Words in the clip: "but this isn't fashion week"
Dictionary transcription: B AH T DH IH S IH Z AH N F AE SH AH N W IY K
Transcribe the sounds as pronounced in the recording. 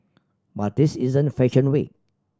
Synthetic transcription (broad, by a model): B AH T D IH S IH Z AH N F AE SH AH N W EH